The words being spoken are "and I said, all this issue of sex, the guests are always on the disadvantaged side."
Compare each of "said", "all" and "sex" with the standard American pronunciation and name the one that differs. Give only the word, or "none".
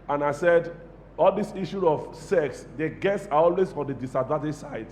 none